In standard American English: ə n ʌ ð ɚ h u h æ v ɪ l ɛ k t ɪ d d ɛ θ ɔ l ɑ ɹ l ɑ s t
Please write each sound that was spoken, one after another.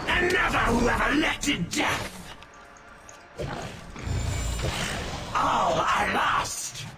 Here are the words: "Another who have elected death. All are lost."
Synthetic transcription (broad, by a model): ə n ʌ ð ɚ h u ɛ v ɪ l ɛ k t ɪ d d ɛ θ ɔ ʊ ɑ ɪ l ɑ s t